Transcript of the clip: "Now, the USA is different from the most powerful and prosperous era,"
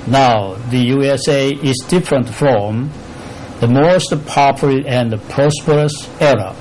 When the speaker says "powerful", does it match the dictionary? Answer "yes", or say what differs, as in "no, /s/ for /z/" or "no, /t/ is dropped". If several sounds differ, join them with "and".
no, /f/ is dropped